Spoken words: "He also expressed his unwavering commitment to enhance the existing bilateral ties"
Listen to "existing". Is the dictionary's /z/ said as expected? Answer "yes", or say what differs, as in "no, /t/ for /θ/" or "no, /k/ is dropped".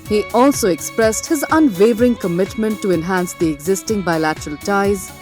yes